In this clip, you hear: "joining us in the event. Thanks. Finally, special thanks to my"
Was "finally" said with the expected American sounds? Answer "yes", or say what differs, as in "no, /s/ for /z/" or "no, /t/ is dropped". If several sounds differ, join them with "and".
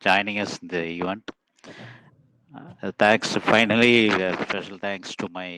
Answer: yes